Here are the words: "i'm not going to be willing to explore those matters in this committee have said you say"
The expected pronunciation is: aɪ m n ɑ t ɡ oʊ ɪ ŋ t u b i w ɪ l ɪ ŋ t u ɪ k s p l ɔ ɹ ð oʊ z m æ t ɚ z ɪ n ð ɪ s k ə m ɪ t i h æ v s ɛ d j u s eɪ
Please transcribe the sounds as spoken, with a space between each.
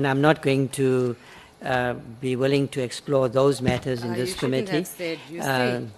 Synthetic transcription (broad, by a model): aɪ m n ɑ t ɡ oʊ ɪ ŋ t u b i w ɪ l ɪ ŋ t u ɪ k s p l ɔ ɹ ð oʊ z m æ t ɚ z ɪ n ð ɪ s k ə m ɪ t i